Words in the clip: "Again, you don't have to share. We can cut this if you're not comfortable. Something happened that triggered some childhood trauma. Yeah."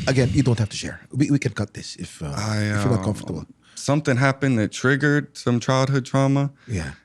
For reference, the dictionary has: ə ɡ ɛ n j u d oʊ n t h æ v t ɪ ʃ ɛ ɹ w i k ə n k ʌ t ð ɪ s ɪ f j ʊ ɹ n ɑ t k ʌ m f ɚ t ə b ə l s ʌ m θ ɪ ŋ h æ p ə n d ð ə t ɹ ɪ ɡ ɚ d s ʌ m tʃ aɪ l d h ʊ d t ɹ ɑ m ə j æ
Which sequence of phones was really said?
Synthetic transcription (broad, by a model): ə ɡ ɛ n j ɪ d oʊ n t h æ f t ɪ ʃ ɛ ɹ w i k ə n k ʌ t ð ɪ s ɪ f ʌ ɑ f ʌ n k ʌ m f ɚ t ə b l s ʌ m θ ɪ ŋ h æ p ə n ð ə t ɹ ɪ ɡ ɚ d s ʌ m tʃ aɪ l d h ʊ d t ɹ ɑ m ə j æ